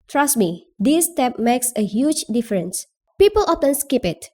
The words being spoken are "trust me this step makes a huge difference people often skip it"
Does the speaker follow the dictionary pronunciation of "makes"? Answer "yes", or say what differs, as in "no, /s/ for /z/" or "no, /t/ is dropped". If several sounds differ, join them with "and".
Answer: yes